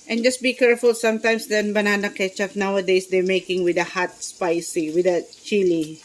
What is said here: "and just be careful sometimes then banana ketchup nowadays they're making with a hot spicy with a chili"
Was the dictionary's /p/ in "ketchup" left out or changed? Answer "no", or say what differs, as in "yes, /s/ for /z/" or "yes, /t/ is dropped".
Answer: yes, /f/ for /p/